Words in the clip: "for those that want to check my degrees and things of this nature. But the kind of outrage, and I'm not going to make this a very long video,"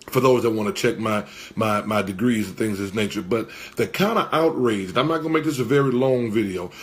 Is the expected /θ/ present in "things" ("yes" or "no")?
yes